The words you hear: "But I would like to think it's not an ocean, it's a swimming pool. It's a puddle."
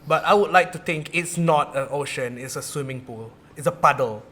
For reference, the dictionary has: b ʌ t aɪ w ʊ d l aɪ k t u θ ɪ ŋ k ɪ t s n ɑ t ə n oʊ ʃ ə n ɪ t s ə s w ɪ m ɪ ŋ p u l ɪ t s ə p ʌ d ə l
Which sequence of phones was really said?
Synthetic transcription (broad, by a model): b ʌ t aɪ w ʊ d l aɪ k t u t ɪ ŋ k ɪ t s n ɑ t ə n oʊ ʃ ə n ɪ t s ə s w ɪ m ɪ ŋ p u l ɪ t s ə p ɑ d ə l